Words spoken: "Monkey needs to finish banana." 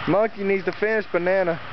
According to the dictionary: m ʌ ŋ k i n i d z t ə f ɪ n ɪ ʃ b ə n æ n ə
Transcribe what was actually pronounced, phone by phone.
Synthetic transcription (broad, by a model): m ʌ k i n i d z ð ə f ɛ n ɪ s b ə n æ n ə